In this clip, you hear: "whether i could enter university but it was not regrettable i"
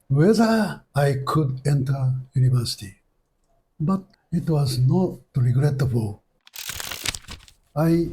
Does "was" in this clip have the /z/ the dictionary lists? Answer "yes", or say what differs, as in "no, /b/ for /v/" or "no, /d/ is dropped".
yes